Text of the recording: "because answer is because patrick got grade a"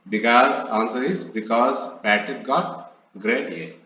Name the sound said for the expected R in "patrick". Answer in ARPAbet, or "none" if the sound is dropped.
none